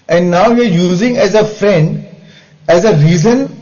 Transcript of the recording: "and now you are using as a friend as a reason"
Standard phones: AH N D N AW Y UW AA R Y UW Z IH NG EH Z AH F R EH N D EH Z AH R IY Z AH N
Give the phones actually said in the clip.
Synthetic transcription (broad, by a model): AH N D N AW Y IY AA R Y UW Z IH NG EH Z AH F R EH N D EH Z AH R IY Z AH N